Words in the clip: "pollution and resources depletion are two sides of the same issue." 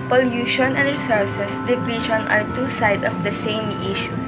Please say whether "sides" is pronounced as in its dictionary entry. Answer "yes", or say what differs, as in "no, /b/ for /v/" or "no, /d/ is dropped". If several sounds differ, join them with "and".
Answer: no, /z/ is dropped